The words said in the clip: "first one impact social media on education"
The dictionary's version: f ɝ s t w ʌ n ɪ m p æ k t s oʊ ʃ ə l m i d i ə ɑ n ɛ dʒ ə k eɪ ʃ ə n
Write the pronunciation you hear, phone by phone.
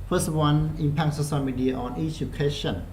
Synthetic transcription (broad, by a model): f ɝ s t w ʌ n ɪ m p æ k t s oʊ s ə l m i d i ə ɑ n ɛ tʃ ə k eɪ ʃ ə n